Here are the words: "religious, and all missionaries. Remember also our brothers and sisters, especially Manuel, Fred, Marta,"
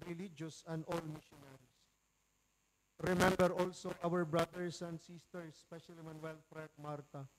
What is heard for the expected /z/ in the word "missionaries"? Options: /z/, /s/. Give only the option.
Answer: /s/